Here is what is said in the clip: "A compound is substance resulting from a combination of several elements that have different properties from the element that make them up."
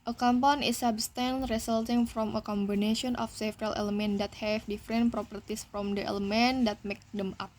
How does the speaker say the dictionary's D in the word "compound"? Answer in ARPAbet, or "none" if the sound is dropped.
none